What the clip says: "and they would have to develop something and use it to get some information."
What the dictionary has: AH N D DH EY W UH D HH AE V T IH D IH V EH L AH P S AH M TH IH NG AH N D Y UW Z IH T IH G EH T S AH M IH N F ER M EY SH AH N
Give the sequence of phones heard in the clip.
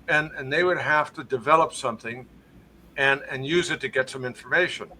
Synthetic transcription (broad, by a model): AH N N DH EY W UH D HH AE F T IH D IH V EH L AH P S AH M TH IH NG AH N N Y UW Z IH T IH G EH T S AH M IH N F ER M EY SH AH N